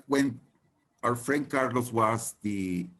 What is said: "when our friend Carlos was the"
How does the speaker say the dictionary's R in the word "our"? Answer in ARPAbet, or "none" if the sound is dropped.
W